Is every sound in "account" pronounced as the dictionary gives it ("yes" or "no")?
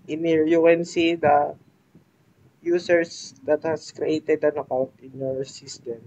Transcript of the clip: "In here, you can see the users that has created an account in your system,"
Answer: no